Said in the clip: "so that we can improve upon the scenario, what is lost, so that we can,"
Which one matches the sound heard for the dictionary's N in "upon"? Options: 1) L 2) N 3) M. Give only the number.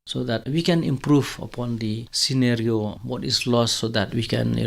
2